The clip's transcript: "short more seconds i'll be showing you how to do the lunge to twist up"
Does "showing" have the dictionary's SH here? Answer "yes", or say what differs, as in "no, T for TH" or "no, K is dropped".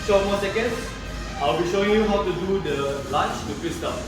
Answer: yes